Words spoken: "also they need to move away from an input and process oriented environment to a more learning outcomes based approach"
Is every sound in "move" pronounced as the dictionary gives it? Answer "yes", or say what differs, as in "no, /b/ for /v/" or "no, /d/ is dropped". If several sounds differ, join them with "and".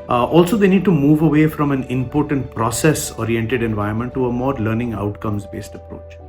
yes